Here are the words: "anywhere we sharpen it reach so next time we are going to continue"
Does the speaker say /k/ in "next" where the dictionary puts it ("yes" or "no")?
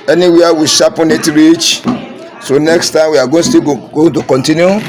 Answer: yes